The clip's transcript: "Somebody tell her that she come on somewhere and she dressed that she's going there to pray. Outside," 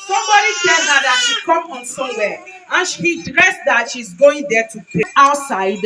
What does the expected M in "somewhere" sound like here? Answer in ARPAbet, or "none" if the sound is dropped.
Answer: none